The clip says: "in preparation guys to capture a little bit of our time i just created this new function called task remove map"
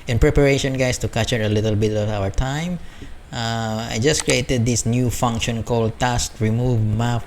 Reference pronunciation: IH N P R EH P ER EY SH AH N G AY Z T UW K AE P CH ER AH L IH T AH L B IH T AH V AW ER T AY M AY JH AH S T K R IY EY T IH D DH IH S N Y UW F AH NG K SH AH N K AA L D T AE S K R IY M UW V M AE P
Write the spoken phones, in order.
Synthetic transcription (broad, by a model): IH N P R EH P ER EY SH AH N G AY S T UW K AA CH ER AH L IH T AH L B IH T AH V AW ER T AY M AY JH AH S K R IY EY T IH D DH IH S N Y UW F AH NG K SH AH N K AA L D T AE S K R IY M UW V M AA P